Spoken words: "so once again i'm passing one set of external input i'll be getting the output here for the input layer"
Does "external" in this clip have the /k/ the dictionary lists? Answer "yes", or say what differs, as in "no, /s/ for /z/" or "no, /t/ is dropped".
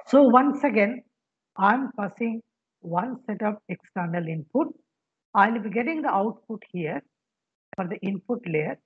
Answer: yes